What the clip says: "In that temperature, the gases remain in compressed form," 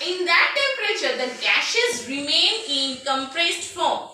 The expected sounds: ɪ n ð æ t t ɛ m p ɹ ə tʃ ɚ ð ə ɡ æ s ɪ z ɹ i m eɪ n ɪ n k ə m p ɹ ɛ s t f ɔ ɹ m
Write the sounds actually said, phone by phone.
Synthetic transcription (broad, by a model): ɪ n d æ t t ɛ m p ɹ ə tʃ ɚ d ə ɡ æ ʃ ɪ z ɹ i m eɪ n ɪ n k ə m p ɹ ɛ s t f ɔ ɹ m